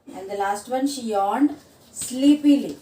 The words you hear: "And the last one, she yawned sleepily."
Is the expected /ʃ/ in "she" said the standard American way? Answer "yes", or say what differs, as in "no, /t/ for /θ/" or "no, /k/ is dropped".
yes